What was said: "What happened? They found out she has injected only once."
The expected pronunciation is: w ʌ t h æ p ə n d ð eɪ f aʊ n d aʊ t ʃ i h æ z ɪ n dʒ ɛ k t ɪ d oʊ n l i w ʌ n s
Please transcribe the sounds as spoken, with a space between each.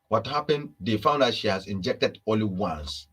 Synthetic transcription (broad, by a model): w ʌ t h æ p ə n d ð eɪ f aʊ n d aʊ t ʃ i h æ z ɪ n dʒ ɛ k t ɪ d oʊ l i w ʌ n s